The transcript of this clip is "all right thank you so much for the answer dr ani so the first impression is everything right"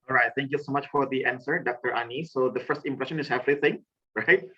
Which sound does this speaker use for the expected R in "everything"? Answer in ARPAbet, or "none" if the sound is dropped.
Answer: L